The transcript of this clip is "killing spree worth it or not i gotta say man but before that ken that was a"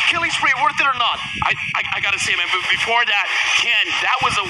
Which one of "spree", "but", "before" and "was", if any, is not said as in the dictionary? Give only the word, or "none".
spree